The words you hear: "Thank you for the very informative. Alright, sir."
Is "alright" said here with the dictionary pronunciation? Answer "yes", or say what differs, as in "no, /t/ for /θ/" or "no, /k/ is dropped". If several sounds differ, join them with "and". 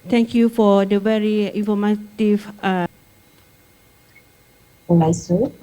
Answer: no, /ɹ/ is dropped